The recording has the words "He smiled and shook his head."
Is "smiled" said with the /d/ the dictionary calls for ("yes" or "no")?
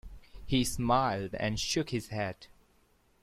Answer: yes